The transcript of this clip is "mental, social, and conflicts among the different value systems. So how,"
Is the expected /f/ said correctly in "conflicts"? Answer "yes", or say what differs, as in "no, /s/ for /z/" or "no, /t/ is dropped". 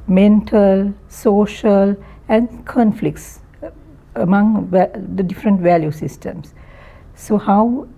yes